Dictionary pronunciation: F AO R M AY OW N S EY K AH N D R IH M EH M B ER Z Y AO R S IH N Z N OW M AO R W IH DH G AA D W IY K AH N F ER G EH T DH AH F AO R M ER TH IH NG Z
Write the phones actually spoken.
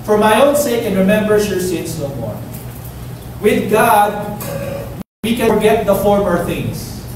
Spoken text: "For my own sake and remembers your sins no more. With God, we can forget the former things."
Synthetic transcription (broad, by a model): F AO R M AY OW N S EY K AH N R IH M EH M B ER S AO R S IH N S N OW M AO R W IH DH G AA D W IY K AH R G EH T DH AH F AO R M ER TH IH NG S